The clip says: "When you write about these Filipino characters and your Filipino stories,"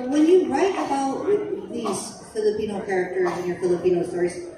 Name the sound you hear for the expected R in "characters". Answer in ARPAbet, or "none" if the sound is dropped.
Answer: R